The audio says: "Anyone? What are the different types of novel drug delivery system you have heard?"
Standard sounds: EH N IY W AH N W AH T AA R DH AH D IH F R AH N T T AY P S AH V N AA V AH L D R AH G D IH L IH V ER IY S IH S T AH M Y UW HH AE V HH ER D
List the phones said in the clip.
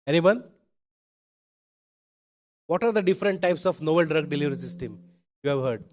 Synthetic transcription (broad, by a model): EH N IY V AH N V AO T AA R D AH D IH F R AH N T T AY P S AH F N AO B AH L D R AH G D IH L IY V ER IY S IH S T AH M Y UW HH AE V HH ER D